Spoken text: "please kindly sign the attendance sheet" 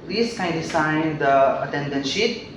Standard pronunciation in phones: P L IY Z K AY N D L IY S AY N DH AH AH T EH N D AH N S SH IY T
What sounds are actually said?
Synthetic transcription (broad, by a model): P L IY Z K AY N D IY S AY N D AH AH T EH N D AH N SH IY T